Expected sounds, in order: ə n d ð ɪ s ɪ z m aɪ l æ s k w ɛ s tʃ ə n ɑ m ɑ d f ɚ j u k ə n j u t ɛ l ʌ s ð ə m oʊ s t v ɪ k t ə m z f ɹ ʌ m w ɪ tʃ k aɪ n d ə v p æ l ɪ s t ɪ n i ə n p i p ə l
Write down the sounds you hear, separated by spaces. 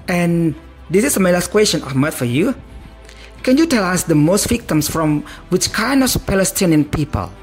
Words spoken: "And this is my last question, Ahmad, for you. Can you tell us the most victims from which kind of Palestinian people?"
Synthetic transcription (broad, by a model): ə n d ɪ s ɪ s m aɪ l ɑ s k w ɛ s tʃ ə n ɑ m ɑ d f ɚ j u k ə n j u t ɛ l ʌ s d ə m oʊ s t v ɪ k t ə m s f ɹ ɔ m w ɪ tʃ k aɪ n d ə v p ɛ l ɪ s t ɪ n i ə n p i p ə l